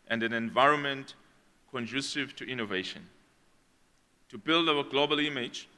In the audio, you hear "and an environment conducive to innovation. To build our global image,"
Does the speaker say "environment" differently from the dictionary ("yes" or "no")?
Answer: no